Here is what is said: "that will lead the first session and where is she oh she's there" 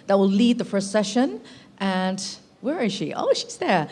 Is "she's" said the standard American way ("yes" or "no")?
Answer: yes